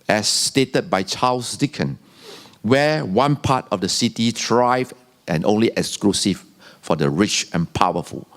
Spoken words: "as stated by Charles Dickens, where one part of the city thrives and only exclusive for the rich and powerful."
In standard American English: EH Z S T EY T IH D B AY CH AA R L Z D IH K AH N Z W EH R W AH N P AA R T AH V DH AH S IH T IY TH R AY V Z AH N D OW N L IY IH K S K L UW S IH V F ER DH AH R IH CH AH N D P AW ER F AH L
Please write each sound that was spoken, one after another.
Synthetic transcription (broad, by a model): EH S T EY T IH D B AY CH AA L S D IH K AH N W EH W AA N P AA T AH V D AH S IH T IY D R AY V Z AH N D OW N L IY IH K S K L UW S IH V F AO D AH R IH CH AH N P AW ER F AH L